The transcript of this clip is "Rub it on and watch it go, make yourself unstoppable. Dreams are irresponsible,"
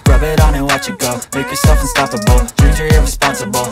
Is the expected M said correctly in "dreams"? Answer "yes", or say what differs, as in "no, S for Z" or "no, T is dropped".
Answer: no, M is dropped